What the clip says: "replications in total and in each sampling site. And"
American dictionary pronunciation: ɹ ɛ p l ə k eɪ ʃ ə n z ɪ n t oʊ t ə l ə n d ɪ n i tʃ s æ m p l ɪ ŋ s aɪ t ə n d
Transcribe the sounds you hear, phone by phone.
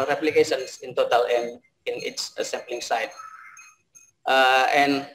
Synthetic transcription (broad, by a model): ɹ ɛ p l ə k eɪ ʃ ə n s ɪ n t oʊ t ə l ə n d ɪ n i s s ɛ m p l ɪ ŋ s aɪ t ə n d